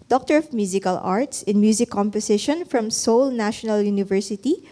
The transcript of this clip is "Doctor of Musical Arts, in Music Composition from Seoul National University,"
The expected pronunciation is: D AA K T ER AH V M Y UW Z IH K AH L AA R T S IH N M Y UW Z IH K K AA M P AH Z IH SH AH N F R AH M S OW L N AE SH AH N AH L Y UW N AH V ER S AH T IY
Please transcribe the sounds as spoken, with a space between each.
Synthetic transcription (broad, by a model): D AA K T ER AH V M Y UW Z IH K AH L AA R T S IH N M Y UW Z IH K K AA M P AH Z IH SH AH N F R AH M S OW L N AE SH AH N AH L Y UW N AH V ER S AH T IY